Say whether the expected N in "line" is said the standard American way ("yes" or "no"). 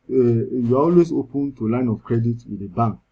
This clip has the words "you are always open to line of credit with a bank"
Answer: yes